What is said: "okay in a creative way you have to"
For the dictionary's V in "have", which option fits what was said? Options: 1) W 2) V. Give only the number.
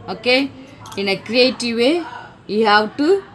1